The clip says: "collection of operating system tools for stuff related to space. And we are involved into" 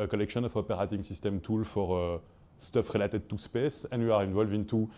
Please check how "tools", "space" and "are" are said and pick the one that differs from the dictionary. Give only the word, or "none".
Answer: tools